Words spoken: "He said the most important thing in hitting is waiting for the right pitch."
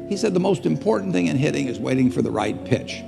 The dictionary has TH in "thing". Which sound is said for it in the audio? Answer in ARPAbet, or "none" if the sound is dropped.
TH